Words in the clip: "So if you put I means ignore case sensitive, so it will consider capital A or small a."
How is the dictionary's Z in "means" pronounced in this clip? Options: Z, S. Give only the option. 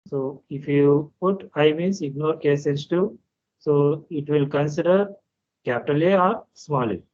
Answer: S